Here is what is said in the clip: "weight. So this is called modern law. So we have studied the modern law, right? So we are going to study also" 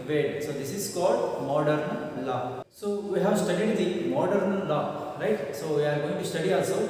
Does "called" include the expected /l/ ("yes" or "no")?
yes